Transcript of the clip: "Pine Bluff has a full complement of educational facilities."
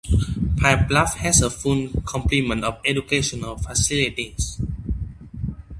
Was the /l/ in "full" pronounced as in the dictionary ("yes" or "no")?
no